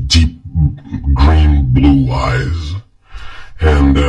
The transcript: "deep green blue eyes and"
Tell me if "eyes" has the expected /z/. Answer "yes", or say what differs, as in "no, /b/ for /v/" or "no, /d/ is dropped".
yes